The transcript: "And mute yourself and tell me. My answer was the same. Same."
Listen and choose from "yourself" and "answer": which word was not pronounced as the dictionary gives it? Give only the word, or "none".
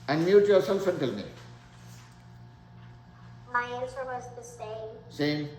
answer